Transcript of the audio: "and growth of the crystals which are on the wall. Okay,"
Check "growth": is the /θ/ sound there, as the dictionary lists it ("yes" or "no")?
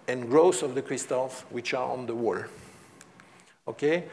no